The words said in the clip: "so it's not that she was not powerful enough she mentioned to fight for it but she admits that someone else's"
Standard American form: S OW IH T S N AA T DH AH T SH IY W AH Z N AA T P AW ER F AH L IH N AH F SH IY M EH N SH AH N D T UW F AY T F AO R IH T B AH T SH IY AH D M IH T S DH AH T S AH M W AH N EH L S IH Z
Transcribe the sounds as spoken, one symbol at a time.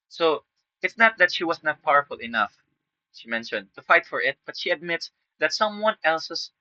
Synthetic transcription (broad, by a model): S OW IH T S N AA T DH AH T SH IY W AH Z N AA T P AW ER F AH L IH N AH F SH IY M EH N SH AH N D T UW F AY T F AO R IH T B AH T SH IY AH D M IH T S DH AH T S AH M W AH N EH L S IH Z